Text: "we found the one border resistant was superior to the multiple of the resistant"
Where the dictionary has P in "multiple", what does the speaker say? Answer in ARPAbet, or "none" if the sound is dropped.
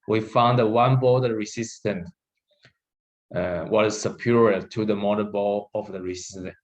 B